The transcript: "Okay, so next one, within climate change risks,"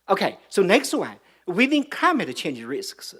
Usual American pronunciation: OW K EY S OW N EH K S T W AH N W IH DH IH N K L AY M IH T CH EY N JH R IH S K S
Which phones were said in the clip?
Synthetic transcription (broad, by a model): OW K EY S OW N EH K S T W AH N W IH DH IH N K AY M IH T CH EY N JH R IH S K S